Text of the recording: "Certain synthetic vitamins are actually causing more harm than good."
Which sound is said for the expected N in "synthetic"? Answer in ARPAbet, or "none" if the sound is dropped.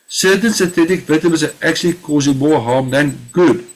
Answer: none